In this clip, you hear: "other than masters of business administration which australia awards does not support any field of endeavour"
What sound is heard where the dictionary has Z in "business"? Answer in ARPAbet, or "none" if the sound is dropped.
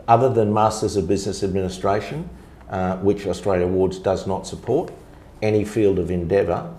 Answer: Z